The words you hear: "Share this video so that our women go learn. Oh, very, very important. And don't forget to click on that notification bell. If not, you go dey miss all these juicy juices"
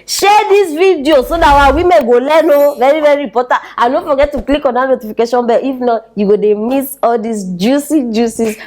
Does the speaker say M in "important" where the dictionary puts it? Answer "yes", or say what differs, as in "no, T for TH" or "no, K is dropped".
no, M is dropped